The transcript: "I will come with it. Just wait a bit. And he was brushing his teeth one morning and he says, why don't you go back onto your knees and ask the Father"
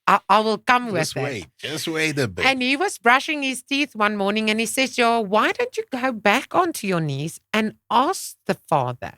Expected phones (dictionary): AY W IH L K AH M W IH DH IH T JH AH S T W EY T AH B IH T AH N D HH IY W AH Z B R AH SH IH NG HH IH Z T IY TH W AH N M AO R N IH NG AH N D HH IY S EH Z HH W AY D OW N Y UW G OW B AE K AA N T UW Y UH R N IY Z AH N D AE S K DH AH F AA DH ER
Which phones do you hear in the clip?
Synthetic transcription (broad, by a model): AY W IH L K AH M W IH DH IH T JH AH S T W EY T AH B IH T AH N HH IY W AH Z B R AH SH IH NG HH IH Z T IY TH W AH N M AO R N IH NG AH N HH IY S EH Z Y W AY D OW N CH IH G OW B AE K AA N T UW Y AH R N IY Z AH N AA S K DH AH F AA DH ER